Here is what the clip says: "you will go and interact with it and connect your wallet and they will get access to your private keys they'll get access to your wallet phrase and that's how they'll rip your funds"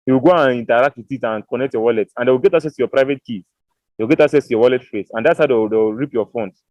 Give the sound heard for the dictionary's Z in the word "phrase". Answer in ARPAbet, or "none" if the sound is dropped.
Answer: S